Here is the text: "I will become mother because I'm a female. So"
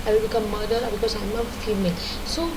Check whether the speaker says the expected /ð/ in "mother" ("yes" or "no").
no